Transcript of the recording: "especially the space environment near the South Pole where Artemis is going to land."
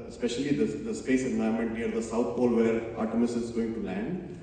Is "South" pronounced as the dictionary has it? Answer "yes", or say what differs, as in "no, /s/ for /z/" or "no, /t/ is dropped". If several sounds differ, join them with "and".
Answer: no, /t/ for /θ/